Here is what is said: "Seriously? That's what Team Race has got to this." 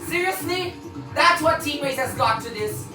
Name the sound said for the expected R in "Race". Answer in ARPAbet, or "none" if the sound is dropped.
W